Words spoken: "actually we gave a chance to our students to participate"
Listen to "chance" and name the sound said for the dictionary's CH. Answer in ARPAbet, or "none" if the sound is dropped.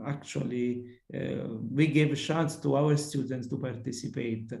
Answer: SH